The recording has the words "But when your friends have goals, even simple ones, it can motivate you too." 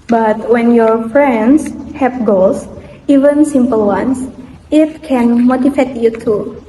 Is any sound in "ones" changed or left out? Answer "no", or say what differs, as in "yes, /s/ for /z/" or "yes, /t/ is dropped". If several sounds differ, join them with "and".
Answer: yes, /s/ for /z/